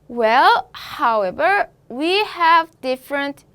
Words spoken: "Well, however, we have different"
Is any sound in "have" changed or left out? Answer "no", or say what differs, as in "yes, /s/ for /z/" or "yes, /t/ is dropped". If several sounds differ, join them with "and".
no